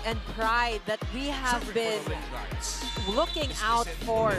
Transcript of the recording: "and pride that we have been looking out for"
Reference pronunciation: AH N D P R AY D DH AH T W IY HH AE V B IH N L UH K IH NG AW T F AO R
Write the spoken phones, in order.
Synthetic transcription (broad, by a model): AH N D P R AY D DH AH T W IY HH AE V B IH N L UH K IH NG AW T F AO R